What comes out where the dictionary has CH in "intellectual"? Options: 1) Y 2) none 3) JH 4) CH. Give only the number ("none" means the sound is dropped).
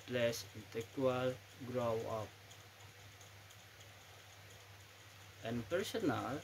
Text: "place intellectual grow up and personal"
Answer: 2